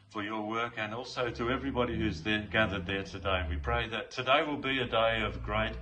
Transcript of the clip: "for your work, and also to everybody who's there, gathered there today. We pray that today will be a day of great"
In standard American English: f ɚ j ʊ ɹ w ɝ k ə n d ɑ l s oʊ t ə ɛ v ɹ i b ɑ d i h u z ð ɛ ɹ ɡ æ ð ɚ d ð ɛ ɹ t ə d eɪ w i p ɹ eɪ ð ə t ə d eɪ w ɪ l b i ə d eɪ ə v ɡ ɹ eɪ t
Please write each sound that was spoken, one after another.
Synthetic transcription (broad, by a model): f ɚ j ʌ ɹ w ɝ k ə n ɑ l s oʊ t ə ɛ v ɹ i b ɑ d i h u z ð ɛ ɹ ɡ æ ð ɚ d ð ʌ ɹ t ə d eɪ w i p ɹ eɪ ð ə t ə d eɪ w ɪ l b i ə d eɪ ə v ɡ ɹ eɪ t